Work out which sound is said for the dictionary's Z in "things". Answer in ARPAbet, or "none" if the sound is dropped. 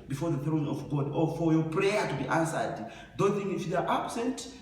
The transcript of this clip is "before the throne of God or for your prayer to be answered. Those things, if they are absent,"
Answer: none